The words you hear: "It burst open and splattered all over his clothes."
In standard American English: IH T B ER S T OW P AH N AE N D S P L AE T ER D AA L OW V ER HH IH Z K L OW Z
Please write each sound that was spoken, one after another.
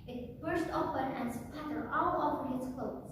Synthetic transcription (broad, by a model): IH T B ER S T OW P AH N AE N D S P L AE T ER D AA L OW P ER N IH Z K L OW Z